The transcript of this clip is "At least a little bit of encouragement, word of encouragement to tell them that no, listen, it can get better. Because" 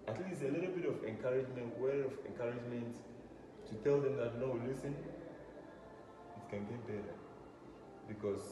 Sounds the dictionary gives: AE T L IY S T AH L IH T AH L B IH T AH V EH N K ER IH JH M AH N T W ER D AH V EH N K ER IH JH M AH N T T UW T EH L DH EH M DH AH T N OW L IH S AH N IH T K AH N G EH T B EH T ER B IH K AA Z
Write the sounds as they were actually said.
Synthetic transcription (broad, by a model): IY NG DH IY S AH L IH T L B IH T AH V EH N K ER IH JH M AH N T W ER AH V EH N K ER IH JH M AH N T T UW T EH L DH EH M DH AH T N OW L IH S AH N IH T K AH N G EH T B EH T ER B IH K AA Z